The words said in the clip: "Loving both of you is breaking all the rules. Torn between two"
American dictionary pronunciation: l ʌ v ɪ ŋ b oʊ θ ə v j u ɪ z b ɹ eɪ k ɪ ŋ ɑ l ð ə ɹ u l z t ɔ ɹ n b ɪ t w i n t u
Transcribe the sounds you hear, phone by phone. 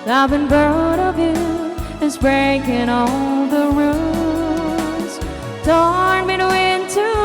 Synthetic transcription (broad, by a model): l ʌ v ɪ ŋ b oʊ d ə v j u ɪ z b ɹ eɪ k ɪ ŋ ɑ l ð ə ɹ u z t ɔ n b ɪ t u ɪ n t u